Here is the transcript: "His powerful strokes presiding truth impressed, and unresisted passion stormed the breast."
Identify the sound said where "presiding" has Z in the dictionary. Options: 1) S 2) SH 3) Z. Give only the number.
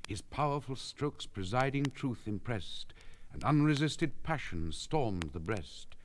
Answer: 3